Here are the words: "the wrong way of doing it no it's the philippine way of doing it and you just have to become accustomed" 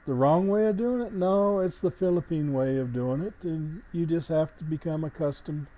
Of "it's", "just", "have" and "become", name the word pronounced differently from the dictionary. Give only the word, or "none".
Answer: have